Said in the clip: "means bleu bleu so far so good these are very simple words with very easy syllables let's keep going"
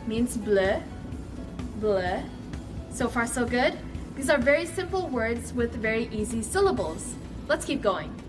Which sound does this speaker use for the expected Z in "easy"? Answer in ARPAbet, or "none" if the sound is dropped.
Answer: Z